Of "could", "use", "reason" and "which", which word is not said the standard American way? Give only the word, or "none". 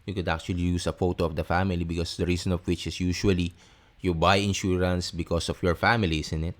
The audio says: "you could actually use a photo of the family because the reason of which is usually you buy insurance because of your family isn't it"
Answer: reason